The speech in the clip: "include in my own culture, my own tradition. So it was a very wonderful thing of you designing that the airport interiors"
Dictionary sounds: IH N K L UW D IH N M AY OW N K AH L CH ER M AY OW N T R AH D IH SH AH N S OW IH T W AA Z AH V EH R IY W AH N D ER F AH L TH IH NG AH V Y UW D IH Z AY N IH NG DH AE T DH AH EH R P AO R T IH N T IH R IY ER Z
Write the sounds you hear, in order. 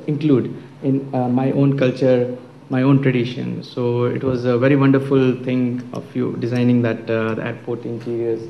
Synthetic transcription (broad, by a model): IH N K L UW D IH N M AY OW N K AH L CH ER M AY OW N T R AH D IH SH AH N S OW IH T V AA Z AH V EH R IY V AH N D ER F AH L T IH NG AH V Y UW D IH Z AY N IH NG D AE T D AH EH R P AO R T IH N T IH R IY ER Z